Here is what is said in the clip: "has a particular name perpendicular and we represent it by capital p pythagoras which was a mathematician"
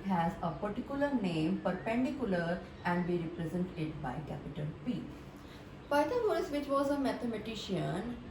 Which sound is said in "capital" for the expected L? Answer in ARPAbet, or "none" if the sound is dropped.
N